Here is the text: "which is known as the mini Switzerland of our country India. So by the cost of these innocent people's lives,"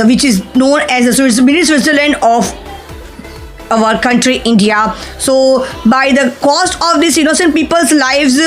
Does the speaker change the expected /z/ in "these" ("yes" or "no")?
yes